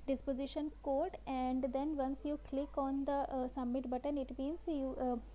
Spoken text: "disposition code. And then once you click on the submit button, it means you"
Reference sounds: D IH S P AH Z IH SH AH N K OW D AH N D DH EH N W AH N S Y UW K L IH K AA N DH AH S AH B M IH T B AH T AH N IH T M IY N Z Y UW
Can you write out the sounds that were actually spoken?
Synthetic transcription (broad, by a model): D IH S P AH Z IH SH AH N K OW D AH N D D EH N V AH N S Y UW K L IH K AA N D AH S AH M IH T B AH T AH N IH T M IY N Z Y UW